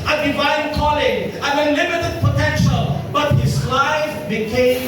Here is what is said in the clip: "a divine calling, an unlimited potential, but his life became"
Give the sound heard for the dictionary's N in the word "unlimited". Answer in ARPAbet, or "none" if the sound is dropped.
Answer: none